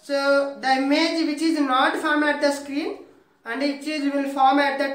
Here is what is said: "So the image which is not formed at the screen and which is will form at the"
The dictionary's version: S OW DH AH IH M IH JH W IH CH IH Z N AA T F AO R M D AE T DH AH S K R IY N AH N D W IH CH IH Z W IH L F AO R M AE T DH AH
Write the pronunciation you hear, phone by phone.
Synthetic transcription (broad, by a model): S OW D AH IH M IH JH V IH CH IH Z N AA T F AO R M AE T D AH S K R IY N AH N D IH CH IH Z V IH L F AO R M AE T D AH